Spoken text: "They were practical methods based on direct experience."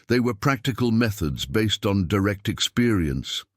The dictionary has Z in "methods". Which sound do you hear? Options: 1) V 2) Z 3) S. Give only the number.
2